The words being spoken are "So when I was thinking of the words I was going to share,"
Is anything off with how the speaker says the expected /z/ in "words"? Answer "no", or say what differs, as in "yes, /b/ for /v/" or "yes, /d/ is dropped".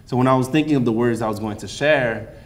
no